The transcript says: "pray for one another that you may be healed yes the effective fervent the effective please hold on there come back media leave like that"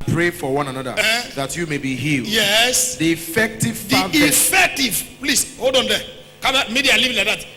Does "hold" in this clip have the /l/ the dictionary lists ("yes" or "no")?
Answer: no